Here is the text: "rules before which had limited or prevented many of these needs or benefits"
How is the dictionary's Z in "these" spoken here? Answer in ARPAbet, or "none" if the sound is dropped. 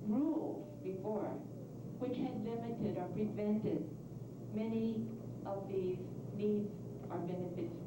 Z